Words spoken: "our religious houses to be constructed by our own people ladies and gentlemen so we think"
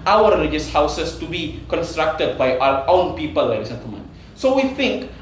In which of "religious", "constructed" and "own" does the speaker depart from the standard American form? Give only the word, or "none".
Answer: none